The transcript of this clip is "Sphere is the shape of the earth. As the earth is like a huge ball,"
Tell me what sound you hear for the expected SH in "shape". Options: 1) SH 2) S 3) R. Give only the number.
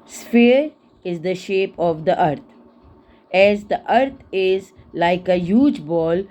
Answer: 1